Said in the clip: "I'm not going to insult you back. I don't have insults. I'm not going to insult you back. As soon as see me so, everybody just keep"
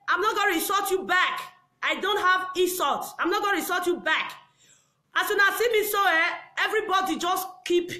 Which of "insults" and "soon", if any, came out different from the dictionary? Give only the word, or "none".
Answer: insults